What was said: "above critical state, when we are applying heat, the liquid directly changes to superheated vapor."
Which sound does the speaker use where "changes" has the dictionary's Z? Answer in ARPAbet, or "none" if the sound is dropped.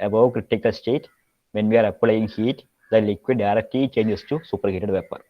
S